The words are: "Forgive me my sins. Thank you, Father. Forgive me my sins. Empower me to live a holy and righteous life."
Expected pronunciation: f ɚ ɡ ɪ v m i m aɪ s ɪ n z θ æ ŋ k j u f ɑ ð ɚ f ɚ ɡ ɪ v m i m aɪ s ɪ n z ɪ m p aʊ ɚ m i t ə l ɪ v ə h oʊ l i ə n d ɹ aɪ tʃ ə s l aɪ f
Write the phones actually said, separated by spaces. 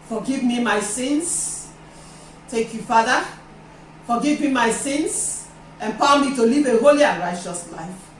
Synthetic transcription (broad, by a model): f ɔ ɡ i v m i m aɪ s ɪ n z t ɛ k j u f ɑ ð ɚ f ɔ ɡ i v m i m aɪ s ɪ n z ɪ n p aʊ m i t ə l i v ə h oʊ l i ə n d ɹ aɪ tʃ ə s l aɪ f